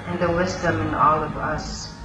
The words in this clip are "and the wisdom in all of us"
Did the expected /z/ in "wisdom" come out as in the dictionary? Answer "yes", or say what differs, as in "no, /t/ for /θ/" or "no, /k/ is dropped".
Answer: yes